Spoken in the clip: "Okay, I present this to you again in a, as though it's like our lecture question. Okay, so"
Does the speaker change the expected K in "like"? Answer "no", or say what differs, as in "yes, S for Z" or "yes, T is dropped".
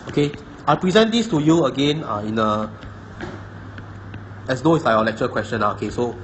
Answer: yes, K is dropped